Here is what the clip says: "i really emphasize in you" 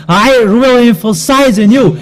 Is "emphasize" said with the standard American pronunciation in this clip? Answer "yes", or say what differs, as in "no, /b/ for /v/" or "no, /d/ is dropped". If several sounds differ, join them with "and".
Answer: yes